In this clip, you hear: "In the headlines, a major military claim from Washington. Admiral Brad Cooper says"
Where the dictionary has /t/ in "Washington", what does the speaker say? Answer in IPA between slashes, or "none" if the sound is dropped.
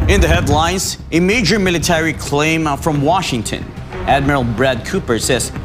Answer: /t/